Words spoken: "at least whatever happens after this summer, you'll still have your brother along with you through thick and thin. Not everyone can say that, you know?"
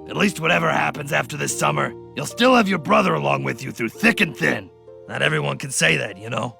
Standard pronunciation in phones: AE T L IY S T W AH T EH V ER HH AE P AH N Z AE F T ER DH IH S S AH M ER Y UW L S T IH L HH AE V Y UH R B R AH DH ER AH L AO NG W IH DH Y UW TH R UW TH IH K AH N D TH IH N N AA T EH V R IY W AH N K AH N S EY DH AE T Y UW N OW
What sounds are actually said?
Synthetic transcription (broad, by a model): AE T L IY S T W AH T EH V ER HH AE P AH N Z AE F T ER DH IH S S AH M ER Y UW L S T IH L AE V Y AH R B R AH DH ER AH L AO NG W IH DH Y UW TH R UW TH IH K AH N TH IH N N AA T EH V R IY W AH N K AH N S EY DH AE T Y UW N OW